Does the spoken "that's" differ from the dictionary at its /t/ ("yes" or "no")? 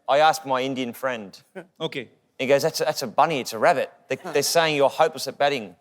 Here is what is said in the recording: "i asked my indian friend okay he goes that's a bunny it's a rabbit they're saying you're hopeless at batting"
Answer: no